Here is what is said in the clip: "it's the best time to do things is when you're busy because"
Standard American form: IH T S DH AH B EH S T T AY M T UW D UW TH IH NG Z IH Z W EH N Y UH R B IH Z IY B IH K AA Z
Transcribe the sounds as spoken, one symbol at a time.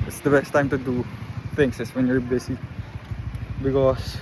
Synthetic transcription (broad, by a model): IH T S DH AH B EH S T T AY M T UW D UW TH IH NG S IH S W EH N Y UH R B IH S IY B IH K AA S